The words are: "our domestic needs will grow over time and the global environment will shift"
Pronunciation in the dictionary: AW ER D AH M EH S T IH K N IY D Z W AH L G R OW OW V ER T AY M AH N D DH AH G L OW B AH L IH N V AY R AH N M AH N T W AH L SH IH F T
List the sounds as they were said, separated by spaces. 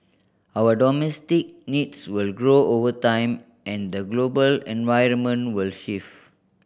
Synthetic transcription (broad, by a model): AW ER D AH M EH S T IH K N IY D S W AH L G R OW OW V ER T AY M AH N D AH G L OW B AH L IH N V AY R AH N M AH N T W AH L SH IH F